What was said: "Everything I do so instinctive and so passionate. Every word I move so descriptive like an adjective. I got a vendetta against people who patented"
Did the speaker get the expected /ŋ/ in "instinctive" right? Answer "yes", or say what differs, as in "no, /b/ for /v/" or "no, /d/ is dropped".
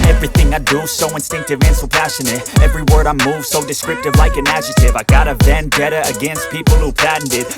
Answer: yes